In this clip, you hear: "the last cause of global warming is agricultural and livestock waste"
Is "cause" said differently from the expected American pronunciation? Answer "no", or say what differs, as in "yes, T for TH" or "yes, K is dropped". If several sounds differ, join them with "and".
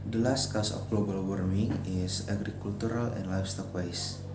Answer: yes, S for Z